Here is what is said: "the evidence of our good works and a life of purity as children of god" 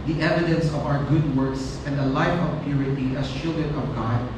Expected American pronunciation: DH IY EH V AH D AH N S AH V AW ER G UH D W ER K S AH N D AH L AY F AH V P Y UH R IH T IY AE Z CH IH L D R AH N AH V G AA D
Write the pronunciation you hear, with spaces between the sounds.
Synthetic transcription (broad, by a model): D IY EH V AH D AH N S AH V AW ER G UH D W ER K S AH N D AH L AY F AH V P Y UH R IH T IY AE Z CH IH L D AH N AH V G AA D